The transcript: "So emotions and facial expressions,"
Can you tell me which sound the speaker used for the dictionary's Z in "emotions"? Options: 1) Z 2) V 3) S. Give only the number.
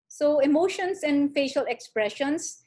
3